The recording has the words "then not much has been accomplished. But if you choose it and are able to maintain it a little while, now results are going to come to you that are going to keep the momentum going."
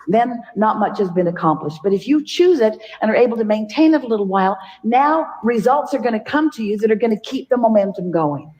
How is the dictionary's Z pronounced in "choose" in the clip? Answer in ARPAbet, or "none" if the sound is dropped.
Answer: Z